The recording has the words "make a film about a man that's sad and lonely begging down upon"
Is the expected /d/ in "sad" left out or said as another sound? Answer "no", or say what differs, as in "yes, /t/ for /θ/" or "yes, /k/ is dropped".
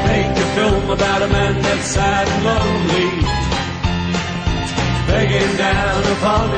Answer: yes, /d/ is dropped